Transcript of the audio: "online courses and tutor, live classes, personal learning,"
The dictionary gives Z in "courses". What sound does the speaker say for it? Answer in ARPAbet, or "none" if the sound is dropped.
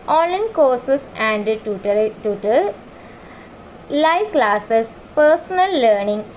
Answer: S